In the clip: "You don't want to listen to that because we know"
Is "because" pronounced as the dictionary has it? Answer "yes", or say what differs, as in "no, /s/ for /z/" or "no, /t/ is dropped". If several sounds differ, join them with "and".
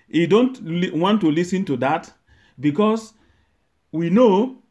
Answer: no, /s/ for /z/